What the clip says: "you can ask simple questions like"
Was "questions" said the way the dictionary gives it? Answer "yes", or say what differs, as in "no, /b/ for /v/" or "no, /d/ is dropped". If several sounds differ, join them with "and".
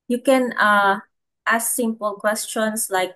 no, /s/ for /z/